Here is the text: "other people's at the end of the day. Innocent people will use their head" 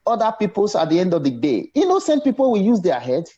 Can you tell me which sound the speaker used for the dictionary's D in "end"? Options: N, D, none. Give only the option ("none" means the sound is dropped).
D